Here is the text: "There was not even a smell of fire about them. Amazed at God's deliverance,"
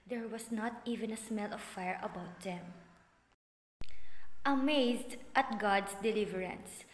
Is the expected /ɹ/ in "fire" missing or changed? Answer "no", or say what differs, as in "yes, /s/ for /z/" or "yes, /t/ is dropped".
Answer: no